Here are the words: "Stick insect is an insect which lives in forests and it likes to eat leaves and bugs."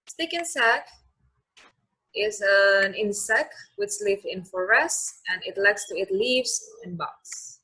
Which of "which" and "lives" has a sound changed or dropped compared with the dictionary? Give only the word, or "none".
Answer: lives